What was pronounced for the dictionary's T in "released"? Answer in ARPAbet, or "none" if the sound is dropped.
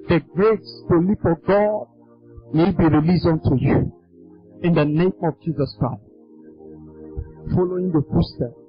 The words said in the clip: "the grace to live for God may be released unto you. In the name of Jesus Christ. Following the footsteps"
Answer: none